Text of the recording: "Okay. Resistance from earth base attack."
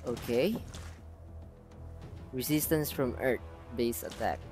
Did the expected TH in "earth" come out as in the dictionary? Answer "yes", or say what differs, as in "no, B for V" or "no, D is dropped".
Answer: no, T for TH